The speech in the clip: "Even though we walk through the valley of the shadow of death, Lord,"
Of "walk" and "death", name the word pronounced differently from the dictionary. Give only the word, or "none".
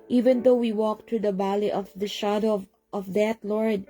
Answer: death